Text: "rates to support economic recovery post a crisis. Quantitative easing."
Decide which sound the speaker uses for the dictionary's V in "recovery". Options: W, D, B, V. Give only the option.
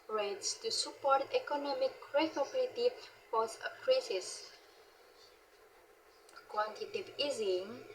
B